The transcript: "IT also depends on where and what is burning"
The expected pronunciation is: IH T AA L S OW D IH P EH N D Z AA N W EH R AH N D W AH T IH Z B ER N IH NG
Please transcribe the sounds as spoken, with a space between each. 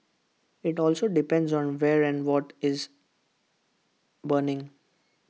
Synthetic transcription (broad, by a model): IH T AA L S OW D IH P EH N D Z AA N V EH R AH N D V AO T IH Z B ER N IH NG